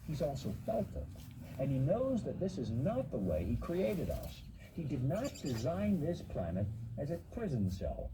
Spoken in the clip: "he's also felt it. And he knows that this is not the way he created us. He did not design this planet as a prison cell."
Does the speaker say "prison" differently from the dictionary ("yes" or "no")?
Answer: no